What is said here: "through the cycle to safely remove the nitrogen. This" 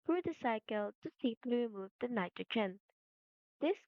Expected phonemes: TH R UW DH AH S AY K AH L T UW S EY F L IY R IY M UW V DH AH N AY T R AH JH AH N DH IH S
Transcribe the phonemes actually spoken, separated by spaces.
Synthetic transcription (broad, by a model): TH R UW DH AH S AY K AH L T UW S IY P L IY R IY M UW V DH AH N AY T AH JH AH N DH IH S